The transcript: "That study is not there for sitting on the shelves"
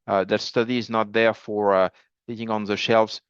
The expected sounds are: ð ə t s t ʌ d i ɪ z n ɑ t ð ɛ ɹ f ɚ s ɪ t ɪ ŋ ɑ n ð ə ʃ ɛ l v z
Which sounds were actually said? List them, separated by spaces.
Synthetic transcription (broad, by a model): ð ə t s t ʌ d i ɪ z n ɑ t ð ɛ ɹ f ɚ θ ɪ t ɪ ŋ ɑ n ð ə ʃ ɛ l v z